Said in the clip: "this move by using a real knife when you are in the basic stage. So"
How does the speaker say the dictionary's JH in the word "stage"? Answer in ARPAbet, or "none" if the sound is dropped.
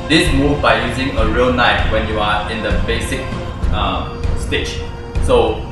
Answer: CH